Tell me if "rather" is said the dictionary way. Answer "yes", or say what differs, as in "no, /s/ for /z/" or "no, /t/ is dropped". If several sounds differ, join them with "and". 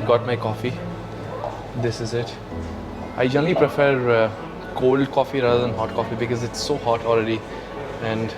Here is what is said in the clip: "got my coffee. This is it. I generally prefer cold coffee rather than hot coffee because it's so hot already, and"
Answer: no, /ð/ is dropped